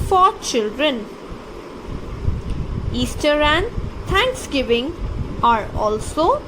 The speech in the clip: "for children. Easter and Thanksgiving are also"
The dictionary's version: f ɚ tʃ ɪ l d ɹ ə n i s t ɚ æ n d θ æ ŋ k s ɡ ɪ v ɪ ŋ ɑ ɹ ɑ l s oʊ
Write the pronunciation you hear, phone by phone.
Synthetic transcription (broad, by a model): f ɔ tʃ ɪ l d ɹ ə n i s t ɚ æ n d t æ ŋ k s ɡ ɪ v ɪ ŋ ɑ ɹ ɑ l s oʊ